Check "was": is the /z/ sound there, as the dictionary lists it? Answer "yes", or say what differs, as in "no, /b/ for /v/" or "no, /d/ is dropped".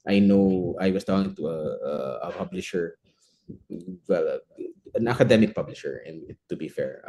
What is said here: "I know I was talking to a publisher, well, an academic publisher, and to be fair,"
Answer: no, /s/ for /z/